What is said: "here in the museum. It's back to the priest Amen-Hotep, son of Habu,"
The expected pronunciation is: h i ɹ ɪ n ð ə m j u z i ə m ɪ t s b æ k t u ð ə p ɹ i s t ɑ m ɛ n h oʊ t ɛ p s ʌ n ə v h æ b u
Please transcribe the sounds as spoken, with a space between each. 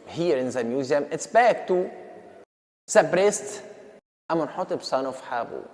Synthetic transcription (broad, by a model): h i ɹ ɪ n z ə m j u z i ə m ɪ t s b æ k t u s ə b ɹ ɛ s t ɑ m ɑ n h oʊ t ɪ b s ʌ n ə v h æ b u